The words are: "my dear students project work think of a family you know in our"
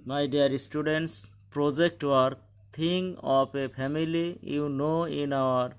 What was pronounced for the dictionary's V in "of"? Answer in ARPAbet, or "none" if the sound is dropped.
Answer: P